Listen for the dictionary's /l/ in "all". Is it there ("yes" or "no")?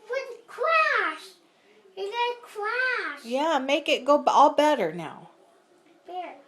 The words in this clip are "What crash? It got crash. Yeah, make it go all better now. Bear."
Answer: yes